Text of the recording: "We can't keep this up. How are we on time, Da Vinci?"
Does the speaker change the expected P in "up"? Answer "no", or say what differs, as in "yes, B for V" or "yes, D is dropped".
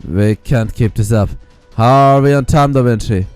yes, F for P